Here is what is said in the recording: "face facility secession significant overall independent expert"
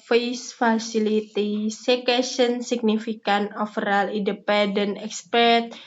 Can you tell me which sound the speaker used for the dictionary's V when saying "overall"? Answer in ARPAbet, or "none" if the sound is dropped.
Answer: F